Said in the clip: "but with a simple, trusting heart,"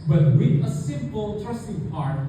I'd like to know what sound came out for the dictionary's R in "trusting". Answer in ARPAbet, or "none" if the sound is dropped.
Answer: none